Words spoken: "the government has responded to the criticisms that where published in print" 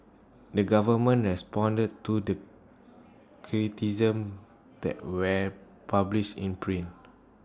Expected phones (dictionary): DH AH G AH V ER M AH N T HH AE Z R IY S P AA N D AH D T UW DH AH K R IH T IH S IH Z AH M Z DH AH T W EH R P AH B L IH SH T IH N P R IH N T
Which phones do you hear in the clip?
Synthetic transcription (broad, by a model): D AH G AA V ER M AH N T R IY S P AA N D AH D T UW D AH K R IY T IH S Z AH M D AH T W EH P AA B L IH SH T IH N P R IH N